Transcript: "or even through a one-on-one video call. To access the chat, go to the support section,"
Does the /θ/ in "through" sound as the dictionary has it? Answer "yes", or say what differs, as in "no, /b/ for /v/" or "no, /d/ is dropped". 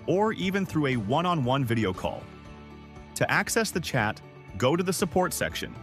yes